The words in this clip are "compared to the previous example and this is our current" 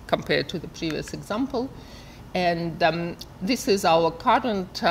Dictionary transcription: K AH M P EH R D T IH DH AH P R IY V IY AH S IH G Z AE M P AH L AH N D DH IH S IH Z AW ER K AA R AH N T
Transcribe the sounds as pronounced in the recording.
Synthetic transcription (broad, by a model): K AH M P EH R D T IH DH AH P R IY V IY AH S IH G Z AE M P AH L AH N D DH IH S IH Z AW ER K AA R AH N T